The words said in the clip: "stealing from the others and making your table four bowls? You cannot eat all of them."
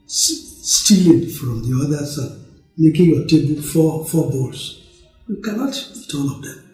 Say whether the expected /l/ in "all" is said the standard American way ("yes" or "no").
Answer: no